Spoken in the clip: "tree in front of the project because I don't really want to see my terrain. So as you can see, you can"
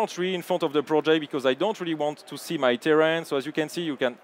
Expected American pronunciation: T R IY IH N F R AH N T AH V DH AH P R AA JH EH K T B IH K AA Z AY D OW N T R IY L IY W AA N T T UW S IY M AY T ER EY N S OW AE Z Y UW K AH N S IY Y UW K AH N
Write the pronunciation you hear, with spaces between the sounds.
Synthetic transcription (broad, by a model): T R IY IH N F R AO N T AH V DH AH P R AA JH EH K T B IH K AA Z AY D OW N T R IY L IY W AA N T T UW S IY M AY T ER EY N S OW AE Z Y UW K AH N S IY Y UW K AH N